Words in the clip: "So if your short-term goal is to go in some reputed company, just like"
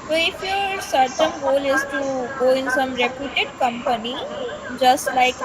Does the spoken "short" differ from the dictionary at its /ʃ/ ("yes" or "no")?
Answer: yes